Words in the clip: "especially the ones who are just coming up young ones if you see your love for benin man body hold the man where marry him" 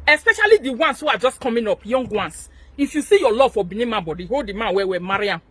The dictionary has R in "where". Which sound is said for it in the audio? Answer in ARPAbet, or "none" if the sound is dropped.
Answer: W